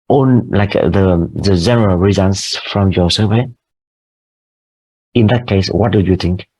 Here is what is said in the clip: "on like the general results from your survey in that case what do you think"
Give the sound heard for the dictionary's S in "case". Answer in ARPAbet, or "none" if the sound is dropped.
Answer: S